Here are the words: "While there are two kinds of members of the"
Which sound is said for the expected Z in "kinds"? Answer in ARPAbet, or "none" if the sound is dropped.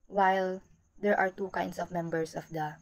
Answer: S